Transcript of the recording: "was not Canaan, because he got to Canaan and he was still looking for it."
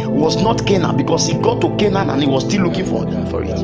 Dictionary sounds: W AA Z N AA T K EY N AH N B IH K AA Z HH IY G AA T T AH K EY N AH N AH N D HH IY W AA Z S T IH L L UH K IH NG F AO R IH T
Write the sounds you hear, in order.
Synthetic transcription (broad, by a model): W AA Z N AA T K EY N AH N B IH K AA S HH IY G AA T T AH K EY N AH N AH N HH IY W AA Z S T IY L L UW K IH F F AO R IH T